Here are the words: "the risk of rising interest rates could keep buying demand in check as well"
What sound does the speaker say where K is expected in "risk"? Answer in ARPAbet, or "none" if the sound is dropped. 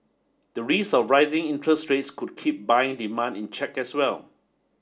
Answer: none